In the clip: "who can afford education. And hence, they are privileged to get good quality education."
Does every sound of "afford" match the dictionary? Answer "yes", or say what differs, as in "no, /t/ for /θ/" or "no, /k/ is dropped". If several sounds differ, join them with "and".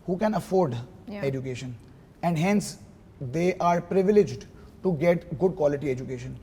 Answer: yes